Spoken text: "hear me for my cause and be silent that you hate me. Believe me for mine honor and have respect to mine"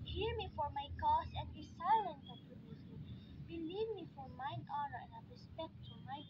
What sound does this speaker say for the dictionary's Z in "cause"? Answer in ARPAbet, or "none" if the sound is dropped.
S